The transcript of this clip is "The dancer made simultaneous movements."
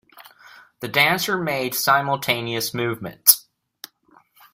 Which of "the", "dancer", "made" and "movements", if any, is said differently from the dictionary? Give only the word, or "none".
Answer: none